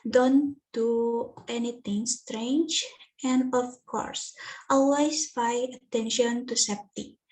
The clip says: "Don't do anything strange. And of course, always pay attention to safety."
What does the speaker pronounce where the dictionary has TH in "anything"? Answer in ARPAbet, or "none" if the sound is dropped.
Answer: T